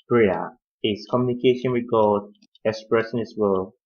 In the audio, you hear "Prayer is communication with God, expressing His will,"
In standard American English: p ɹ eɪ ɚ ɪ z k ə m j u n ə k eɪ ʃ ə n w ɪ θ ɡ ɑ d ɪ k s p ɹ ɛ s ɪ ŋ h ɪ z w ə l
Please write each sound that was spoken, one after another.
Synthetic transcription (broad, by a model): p ɹ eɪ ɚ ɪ s k ə m j u n ə k eɪ ʃ ə n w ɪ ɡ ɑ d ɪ k s p ɹ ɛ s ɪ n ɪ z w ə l